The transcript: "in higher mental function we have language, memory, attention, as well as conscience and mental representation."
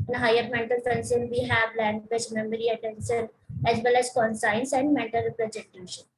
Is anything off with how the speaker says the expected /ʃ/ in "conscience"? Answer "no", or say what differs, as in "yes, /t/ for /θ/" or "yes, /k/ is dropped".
yes, /s/ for /ʃ/